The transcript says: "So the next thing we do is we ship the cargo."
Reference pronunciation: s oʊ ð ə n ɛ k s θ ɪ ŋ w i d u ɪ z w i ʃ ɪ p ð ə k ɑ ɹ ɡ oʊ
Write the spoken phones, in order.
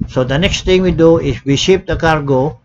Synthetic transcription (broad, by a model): s oʊ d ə n ɛ k s t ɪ ŋ w i d u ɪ s w i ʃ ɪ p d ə k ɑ ɹ ɡ oʊ